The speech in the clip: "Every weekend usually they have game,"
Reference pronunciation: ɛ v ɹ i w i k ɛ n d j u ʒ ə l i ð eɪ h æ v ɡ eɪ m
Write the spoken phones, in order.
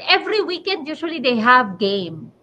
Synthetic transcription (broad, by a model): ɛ v ɹ i w i k ɛ n d j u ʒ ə l i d eɪ h æ v ɡ eɪ m